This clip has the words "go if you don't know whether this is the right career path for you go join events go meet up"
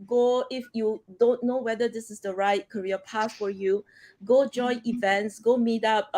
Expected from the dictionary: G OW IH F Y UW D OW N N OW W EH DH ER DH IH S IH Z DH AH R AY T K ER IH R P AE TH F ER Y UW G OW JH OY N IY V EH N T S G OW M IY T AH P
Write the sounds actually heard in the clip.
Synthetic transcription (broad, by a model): G OW IH F Y UW D OW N N OW W EH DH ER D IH S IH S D AH R AY T K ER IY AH P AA T F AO Y UW G OW JH OY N IY V EH N T S G OW M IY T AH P